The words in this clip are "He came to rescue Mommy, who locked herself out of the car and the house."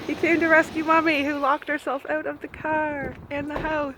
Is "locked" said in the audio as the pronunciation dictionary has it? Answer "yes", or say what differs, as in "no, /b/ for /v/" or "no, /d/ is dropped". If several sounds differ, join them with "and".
yes